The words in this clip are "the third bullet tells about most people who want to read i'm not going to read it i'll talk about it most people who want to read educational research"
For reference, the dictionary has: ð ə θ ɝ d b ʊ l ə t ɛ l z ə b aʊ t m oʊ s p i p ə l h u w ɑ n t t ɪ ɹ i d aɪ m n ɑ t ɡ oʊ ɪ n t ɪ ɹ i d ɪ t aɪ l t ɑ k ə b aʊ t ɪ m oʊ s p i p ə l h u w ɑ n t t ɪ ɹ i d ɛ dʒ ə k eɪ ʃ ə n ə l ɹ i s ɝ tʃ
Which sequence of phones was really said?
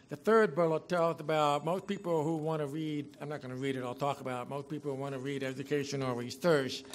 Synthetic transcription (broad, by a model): ð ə θ ɝ d b ʊ l ə t ɛ l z ə b aʊ t m oʊ s p i p l h u w ɑ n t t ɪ ɹ i d aɪ m n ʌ t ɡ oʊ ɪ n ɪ ɹ i d ɪ t aɪ l t ɑ k ə b aʊ t m oʊ s p i p l h u w ɑ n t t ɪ ɹ i d ɛ dʒ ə k eɪ ʃ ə n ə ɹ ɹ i s ɝ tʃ